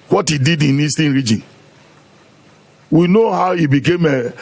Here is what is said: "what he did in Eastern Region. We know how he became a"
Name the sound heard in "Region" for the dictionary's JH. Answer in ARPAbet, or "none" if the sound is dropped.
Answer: JH